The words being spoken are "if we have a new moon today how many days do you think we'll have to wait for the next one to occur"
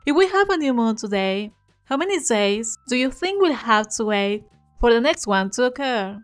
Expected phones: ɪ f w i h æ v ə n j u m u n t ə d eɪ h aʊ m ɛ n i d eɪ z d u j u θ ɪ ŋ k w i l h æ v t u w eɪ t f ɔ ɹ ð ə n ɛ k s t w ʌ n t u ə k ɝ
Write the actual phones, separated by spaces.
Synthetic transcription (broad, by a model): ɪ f w i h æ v ə n j u m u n t ə d eɪ h aʊ m ɛ n i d eɪ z d u j u θ ɪ ŋ k w i l h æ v t u w eɪ t f ɔ ɹ ð ə n ɛ k s t w ʌ n t u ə k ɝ